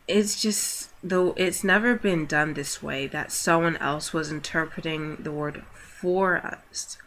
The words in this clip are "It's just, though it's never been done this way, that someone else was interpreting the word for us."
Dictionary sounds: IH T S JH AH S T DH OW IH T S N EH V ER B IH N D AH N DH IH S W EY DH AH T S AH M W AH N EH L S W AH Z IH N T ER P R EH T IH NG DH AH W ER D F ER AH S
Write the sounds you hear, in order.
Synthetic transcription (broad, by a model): IH T S JH AH S T DH OW IH T S N EH V ER B IH N D AH N DH IH S W EY DH AH T S AH M W AH N EH L S W AH Z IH N T ER P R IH T IH NG DH AH W ER D F ER AH S